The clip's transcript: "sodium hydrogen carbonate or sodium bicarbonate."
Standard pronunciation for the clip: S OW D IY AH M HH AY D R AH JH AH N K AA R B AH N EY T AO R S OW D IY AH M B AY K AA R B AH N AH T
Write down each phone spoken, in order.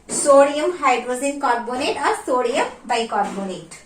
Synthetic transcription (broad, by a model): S OW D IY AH M HH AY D R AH Z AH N K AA R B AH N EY T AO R S OW D IY AH M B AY K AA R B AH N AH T